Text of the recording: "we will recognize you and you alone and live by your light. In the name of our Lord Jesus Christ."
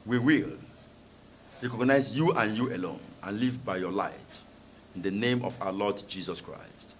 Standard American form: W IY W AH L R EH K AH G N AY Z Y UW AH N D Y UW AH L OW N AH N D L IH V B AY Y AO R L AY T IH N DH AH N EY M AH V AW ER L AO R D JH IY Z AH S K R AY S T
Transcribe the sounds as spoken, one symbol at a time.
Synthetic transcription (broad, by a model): W IY W AH L R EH K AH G N AY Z Y UW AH N Y UW AH L OW N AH N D L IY V B AY Y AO L AY T IH N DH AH N EY M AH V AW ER L AO D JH IY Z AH S K R AY S T